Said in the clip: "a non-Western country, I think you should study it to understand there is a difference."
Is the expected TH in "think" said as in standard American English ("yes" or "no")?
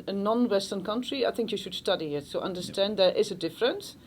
yes